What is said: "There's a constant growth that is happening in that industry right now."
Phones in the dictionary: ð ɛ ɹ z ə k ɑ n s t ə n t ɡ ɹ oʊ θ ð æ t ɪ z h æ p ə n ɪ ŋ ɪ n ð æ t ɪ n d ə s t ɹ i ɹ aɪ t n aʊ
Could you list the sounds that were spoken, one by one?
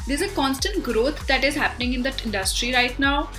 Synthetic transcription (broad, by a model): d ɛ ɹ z ə k ɑ n s t ə n t ɡ ɹ oʊ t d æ t ɪ z h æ p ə n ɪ ŋ ɪ n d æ t ɪ n d ə s t ɹ i ɹ aɪ t n aʊ